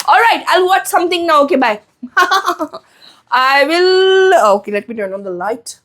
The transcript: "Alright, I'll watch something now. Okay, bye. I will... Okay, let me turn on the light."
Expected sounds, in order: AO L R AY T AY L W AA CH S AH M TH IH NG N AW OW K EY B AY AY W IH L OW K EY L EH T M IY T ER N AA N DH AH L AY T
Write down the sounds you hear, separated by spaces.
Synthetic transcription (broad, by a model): AO L R AY T AY L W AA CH S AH M T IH NG N AW OW K EY B AY AY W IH L OW K EY L EH T M IY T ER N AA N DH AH L AY T